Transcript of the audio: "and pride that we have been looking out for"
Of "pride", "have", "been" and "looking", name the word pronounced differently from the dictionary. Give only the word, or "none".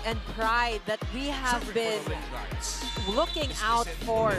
none